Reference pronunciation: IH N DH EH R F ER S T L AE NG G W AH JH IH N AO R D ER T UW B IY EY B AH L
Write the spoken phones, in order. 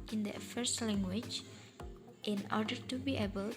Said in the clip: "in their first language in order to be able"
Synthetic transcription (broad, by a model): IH N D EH F ER S T L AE NG G W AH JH IH N AO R D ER T UW B IY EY B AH L